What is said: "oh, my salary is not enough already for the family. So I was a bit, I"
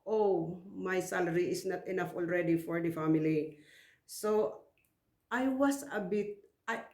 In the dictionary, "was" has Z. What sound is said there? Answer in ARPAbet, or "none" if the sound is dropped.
S